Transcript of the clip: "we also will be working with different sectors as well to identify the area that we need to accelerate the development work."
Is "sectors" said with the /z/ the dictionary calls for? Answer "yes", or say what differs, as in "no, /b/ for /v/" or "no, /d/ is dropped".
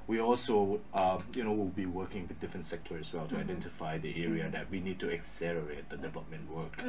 no, /z/ is dropped